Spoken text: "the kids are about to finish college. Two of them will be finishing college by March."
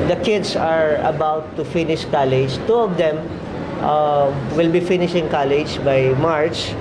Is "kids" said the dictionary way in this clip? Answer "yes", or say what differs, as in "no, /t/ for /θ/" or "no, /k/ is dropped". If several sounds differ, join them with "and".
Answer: no, /s/ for /z/